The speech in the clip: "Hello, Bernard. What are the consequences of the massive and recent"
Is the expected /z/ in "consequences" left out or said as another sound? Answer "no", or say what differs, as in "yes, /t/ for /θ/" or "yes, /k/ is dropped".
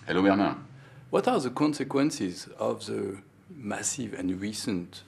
no